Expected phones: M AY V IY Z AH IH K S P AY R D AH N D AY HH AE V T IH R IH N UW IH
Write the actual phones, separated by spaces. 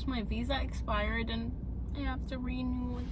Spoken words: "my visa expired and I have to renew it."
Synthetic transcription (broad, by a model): M AY V IY Z AH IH K S P AY R D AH N AY HH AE F T IH R IH N UW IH